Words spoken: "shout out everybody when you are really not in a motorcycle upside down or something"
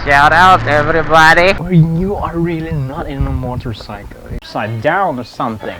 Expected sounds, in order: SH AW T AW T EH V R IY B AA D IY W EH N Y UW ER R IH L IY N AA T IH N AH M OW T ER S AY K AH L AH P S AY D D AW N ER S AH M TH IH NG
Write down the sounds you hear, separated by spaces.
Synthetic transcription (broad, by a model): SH AW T AW T EH V R IY B AA D IY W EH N Y UW ER R IH L IY N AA T IH N AH M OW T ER S AY K L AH S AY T D AW N ER S AH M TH IH NG